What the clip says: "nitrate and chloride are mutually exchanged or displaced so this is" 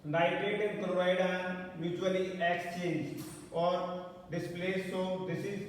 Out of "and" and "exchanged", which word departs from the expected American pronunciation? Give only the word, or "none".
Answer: exchanged